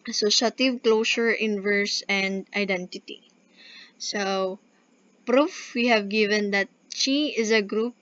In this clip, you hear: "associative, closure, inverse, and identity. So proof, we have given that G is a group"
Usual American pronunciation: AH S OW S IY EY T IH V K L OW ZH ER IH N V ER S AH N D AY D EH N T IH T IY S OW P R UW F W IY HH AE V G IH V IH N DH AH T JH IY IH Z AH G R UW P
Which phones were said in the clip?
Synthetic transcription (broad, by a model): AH S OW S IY T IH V K L OW S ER IH N V ER S AH N D AY D EH N T IH T IY S OW P R UW F W IY HH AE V G IH V IH N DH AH T CH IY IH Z AH G R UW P